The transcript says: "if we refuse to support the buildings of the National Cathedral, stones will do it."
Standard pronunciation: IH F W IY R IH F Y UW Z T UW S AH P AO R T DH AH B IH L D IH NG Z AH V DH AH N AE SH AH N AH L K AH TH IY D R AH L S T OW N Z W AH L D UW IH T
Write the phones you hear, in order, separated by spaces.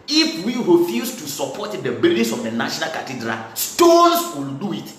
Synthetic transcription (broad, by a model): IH F W IY R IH F Y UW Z T UW S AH P AO T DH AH B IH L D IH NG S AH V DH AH N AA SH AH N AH L K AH T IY D R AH L S T OW N S W AH L D UW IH T